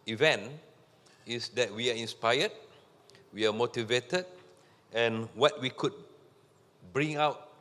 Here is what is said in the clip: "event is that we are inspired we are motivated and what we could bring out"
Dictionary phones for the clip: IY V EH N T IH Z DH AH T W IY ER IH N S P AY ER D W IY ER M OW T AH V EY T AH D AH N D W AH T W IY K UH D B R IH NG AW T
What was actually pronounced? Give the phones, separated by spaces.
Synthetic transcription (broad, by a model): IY V EH N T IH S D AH T W IY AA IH N S P AY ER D W IY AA M OW T AH V EY T AH D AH N W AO T W IY K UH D B R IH NG AW T